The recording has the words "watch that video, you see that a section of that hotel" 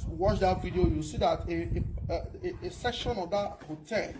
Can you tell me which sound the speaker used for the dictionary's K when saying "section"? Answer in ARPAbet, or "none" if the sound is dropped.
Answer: K